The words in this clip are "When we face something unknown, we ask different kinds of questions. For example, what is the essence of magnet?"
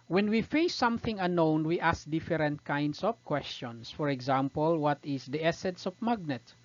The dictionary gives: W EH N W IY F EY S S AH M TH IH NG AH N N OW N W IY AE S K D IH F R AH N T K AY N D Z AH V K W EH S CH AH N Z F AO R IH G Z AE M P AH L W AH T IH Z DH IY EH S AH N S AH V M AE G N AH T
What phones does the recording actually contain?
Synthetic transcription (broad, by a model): W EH N W IY F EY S S AH M TH IH NG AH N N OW N W IY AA S K D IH F R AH N T K AY N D S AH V K W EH S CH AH N S F AO R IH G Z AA M P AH L W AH T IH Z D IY EH S AH N S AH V M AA G N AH T